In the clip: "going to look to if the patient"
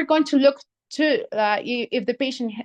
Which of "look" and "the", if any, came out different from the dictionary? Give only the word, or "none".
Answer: none